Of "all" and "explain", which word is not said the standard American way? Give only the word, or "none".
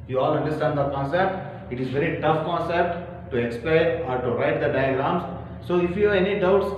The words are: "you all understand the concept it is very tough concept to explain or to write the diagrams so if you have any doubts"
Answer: explain